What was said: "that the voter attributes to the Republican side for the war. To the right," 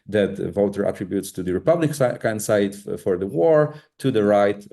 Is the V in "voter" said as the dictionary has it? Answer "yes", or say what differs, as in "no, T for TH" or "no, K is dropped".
yes